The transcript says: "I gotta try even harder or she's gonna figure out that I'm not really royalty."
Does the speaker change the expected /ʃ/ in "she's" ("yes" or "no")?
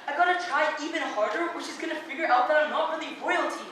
no